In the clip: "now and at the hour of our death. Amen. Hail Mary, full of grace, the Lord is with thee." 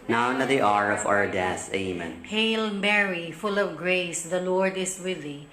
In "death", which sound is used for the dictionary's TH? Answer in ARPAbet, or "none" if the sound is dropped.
S